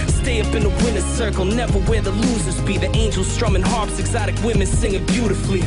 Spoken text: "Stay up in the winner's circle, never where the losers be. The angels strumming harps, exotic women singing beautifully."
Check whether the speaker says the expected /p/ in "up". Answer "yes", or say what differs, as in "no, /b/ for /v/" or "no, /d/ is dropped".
yes